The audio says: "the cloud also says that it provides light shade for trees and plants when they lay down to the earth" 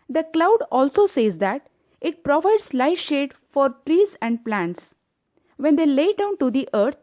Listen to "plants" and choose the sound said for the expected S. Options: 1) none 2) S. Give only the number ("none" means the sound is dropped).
2